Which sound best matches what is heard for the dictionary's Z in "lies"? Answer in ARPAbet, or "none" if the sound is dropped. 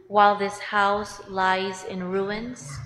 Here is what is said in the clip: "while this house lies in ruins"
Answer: Z